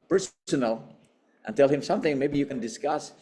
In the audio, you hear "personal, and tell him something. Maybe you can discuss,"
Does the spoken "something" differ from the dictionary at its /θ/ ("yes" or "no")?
no